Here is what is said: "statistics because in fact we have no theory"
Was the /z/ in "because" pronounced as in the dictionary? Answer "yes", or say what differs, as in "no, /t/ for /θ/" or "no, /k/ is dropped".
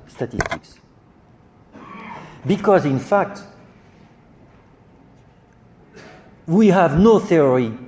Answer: yes